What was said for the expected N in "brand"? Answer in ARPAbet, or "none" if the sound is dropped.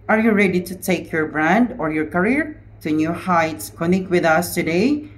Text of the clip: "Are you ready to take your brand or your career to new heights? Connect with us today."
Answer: N